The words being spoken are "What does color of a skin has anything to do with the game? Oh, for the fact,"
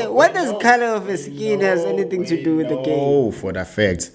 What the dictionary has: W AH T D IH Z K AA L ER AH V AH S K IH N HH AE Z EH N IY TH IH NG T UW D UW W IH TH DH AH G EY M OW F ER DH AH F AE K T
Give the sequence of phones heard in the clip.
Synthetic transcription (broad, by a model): W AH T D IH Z K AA L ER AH F AH S K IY N HH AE Z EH N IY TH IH NG T UW D UW W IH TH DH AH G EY OW F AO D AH F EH K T